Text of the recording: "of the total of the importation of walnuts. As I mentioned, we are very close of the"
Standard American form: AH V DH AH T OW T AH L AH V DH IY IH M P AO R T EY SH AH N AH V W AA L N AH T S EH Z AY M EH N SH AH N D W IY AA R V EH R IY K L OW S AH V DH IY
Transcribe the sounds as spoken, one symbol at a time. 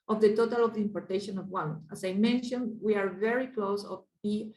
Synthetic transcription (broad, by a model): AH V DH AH T OW T AH L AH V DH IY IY M P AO R T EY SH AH N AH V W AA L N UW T AA S AY M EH N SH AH N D W IY AA R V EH R IY K L OW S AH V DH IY